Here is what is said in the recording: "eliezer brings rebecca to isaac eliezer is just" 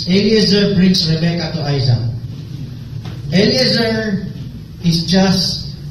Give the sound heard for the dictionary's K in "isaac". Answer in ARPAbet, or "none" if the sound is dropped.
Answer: none